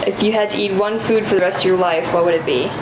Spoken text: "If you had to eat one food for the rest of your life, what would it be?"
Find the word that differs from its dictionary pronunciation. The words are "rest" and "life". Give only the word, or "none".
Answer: none